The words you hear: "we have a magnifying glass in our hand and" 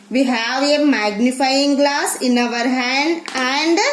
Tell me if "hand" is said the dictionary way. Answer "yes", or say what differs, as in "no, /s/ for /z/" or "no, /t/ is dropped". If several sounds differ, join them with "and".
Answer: yes